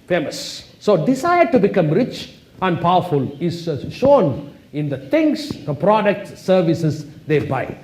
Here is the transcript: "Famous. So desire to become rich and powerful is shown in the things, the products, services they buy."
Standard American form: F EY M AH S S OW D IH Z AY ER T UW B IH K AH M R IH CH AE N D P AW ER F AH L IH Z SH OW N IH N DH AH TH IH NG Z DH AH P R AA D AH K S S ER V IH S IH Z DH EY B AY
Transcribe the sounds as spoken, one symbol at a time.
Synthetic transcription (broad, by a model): F EY M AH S S OW D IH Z AY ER T UW B IH K AH M R IH CH AE N D P AW ER F AH L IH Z SH OW N IH N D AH T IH NG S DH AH P R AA D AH K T S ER V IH S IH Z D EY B AY